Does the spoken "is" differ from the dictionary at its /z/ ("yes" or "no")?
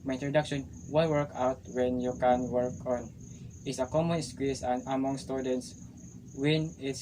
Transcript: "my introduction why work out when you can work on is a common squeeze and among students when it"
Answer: yes